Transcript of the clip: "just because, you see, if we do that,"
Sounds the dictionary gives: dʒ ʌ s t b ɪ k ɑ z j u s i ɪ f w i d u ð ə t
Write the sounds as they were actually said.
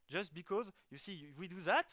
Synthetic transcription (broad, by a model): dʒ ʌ s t b ɪ k ɑ z j u s i w i d u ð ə t